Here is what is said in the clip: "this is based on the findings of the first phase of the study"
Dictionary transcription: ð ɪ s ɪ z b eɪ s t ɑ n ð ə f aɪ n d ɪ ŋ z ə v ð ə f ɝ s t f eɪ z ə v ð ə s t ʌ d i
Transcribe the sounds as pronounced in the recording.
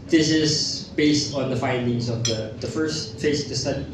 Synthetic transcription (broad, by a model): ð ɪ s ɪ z b eɪ s t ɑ n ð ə f aɪ n d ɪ ŋ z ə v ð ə f ɝ s t f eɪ ə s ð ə s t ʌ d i